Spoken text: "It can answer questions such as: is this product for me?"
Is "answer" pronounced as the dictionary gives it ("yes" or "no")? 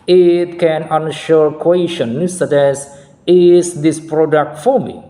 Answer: no